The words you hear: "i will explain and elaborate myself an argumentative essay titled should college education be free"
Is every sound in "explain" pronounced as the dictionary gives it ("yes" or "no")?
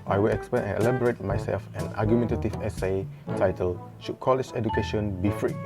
no